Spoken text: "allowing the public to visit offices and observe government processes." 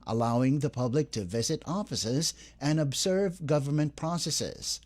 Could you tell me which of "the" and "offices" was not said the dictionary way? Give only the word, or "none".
none